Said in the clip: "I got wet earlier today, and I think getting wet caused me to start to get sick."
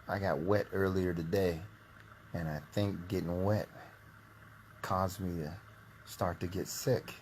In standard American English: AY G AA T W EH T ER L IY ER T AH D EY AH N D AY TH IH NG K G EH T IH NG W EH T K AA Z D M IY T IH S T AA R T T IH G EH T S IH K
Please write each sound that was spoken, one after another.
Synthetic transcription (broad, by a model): AY G AA T W EH T ER L IY ER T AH D EY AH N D AY TH IH NG K G EH T IH NG W EH T K AA Z M IY T IH S T AA R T T IH G EH T S IH K